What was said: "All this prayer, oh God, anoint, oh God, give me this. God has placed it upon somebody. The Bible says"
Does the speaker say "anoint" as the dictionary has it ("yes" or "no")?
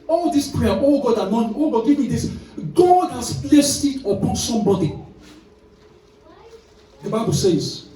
no